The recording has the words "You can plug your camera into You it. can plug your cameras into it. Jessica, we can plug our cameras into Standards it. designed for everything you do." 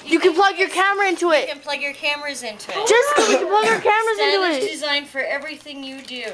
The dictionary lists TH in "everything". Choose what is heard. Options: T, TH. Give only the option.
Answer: TH